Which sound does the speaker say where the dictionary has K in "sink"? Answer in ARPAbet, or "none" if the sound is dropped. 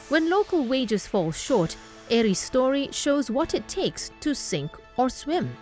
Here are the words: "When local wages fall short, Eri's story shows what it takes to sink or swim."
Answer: K